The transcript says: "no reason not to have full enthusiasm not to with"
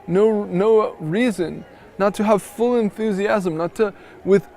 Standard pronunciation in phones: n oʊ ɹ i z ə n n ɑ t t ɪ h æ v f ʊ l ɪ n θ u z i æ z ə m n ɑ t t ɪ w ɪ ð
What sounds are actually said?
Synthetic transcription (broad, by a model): n oʊ ɹ i z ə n n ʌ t t ɪ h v f ʊ l ɪ n θ u z i æ z ə m n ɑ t t ɪ w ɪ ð